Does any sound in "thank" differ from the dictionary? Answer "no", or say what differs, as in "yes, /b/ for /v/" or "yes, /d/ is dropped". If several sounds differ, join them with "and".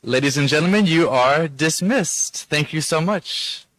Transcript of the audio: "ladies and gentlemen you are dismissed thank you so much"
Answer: no